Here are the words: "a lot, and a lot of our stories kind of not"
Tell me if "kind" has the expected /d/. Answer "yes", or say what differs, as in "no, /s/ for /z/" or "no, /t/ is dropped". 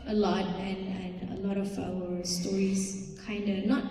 yes